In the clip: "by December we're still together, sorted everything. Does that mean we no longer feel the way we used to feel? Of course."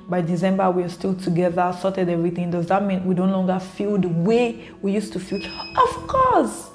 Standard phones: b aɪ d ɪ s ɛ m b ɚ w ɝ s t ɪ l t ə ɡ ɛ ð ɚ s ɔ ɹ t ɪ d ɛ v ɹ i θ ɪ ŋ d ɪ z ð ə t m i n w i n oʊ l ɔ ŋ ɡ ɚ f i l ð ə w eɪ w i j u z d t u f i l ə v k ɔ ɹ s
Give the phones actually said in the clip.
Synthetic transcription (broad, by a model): b aɪ d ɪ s ɛ m b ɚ w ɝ s t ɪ l t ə ɡ ɛ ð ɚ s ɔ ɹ t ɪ d ɛ v ɹ i θ ɪ ŋ d ɪ z ð ə t m i n w i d oʊ l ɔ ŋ ɡ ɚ f i l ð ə w eɪ w i j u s t u f i l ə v k ɔ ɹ s